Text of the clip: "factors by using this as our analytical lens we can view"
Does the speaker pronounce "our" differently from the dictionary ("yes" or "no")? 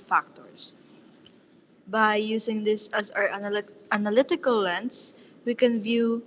no